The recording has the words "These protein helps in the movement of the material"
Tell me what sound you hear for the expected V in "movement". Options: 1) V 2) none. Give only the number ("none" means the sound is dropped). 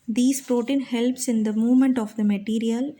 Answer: 1